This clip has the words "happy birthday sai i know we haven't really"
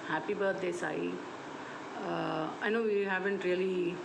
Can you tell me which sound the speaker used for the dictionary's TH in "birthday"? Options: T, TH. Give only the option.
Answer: T